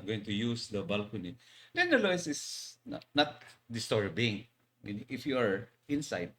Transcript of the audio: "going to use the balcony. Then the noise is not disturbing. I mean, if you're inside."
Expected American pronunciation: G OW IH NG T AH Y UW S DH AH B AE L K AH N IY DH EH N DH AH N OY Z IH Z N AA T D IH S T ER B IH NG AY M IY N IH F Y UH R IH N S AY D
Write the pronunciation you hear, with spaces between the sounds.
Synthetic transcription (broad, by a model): G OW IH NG T AH Y UW S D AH B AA L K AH N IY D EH N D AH L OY S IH S N AA T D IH S T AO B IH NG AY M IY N IH F Y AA R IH N S AY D